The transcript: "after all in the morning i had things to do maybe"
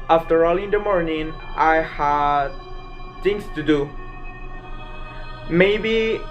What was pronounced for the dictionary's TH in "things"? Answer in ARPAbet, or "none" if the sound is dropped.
T